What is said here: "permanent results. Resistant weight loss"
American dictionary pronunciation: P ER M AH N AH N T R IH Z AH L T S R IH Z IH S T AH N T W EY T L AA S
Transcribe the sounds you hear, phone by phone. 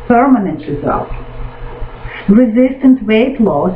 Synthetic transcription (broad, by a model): P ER M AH N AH N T R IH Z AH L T R IH Z IH S T AH N T W EY T L AA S